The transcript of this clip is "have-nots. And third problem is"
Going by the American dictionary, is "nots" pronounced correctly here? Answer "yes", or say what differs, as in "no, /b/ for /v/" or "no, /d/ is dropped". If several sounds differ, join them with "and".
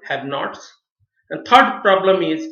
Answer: yes